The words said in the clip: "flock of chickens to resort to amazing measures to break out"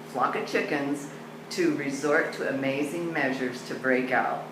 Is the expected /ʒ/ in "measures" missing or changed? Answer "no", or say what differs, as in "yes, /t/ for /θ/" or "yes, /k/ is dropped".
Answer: no